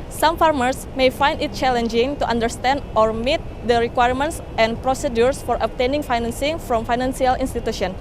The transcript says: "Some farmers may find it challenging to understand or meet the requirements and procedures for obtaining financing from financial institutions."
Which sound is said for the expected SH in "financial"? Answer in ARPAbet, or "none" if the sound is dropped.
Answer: S